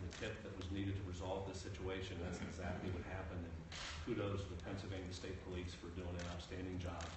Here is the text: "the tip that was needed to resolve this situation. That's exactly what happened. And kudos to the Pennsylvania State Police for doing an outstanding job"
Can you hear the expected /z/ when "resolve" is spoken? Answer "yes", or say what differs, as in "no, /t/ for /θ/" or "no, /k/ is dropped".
yes